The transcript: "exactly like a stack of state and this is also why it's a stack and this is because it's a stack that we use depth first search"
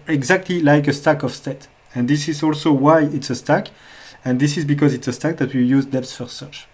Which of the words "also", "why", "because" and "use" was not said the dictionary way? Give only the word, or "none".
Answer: none